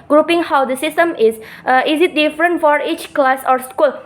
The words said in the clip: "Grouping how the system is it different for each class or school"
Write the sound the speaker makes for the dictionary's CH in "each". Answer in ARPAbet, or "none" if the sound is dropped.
CH